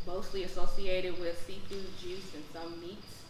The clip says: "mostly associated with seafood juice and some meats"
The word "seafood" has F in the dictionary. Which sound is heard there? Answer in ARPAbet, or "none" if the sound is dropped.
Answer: P